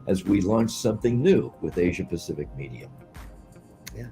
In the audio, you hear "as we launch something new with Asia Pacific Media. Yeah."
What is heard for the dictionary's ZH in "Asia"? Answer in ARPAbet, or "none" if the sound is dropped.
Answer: ZH